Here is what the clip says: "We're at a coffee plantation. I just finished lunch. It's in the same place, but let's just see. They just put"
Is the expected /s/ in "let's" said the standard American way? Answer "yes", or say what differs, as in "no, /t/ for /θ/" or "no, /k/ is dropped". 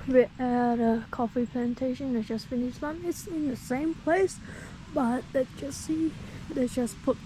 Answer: no, /s/ is dropped